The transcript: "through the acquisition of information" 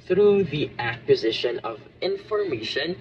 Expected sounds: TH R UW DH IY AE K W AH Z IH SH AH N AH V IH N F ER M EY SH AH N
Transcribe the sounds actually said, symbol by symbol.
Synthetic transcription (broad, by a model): TH R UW DH IY AE K W AH Z IH SH AH N AH V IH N F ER M EY SH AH N